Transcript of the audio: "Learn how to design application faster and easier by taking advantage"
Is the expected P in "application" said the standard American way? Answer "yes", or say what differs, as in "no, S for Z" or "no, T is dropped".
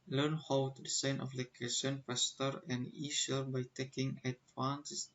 no, F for P